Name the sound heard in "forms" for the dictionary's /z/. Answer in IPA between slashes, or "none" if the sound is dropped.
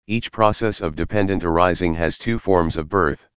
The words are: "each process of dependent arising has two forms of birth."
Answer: /z/